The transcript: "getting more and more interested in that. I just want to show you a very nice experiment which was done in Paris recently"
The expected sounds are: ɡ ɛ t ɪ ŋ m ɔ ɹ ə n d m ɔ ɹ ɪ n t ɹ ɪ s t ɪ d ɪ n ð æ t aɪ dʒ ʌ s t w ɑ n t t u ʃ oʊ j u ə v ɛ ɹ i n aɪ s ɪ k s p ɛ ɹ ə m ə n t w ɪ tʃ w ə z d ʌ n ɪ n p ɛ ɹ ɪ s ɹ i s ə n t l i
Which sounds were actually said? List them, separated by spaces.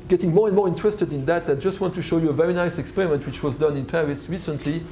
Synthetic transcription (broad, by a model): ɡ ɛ t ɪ ŋ m ɔ ɹ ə n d m ɔ ɹ ɪ n t ɹ ɪ s t ɪ d ɪ n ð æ t aɪ dʒ ʌ s t w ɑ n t t u ʃ oʊ j u ə v ɛ ɹ i n aɪ s ɪ k s p ɛ ɹ ə m ə n t w ɪ tʃ w ə z d ʌ n ɪ n p ɛ ɹ ɪ s ɹ i s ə n t l i